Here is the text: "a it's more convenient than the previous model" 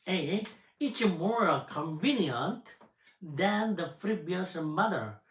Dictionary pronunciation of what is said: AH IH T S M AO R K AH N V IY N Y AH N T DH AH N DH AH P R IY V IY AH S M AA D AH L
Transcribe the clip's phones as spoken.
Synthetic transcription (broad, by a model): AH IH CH M AO R K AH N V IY N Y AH N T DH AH N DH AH F R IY B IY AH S M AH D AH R